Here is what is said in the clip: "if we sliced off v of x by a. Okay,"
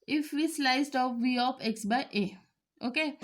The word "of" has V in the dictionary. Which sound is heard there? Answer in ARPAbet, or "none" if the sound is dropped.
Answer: P